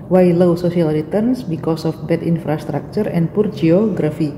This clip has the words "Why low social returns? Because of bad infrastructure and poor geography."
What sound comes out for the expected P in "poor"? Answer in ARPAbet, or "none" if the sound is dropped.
P